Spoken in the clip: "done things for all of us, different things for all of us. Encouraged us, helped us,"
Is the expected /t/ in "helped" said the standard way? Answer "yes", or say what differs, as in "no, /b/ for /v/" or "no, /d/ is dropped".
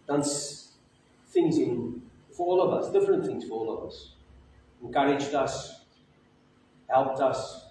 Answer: yes